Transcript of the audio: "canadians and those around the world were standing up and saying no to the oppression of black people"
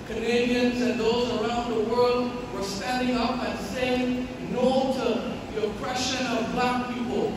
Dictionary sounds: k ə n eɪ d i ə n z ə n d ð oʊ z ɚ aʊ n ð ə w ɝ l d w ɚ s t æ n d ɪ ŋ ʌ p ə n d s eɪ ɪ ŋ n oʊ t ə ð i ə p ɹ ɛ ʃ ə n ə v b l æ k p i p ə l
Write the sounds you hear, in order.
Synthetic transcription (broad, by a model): k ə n eɪ d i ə n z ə n ð oʊ z ɚ aʊ n ð ə w ɝ l d w ɚ s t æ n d ɪ ŋ ʌ p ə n s eɪ ɪ ŋ n oʊ t ə ð i ə p ɹ ɛ ʃ ə n ə v b l æ k p i p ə l